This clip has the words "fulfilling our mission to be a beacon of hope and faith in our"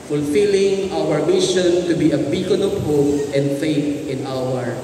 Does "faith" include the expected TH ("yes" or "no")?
no